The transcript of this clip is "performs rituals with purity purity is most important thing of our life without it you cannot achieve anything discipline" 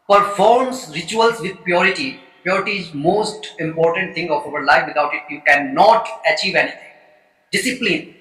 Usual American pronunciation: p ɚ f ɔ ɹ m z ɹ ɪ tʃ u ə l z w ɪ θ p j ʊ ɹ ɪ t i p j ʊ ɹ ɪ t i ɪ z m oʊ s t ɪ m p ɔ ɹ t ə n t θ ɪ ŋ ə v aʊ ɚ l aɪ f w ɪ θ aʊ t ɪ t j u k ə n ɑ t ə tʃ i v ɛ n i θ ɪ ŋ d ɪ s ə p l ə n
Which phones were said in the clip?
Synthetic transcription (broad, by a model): p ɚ f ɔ ɹ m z ɹ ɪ tʃ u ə l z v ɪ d p j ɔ ɹ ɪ t i p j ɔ ɹ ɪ t i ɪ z m oʊ s t ɪ m p ɔ ɹ t ə n t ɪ ŋ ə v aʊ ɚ l aɪ f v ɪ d aʊ t ɪ t j u k ə n ɑ t ə tʃ i v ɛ n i t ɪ ŋ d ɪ s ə p l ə n